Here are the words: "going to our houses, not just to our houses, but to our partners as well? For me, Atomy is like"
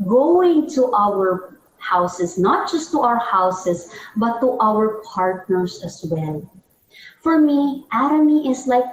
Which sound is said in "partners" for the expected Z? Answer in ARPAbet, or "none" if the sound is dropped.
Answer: S